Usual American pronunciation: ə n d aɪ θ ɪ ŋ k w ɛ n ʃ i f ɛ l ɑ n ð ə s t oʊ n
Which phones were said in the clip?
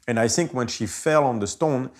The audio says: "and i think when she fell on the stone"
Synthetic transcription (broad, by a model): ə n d aɪ θ ɪ ŋ k w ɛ n ʃ i f ɛ l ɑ n ð ə s t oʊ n